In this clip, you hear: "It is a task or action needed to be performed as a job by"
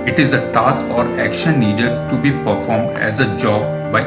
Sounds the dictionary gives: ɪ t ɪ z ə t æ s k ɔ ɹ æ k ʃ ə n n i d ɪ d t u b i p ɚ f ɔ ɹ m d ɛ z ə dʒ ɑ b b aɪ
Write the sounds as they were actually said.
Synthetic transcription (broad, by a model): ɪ t ɪ z ə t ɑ s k ɔ ɹ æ k ʃ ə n n i d ɪ d t u b i p ɚ f ɔ ɹ m d ɛ z ə dʒ ɑ b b aɪ